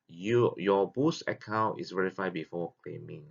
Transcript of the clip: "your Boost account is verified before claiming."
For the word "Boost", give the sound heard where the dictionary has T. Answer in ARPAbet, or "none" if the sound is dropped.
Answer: none